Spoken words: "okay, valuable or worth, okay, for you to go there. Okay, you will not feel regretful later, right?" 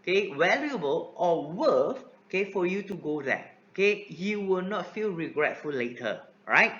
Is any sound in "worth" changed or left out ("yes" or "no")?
yes